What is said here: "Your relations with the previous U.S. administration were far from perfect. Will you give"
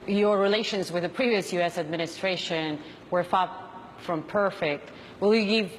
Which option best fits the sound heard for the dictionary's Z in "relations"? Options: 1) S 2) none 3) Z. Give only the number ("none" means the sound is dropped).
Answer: 3